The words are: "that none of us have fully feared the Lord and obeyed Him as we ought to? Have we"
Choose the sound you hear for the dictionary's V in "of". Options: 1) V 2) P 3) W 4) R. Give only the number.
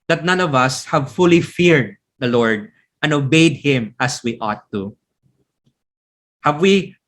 1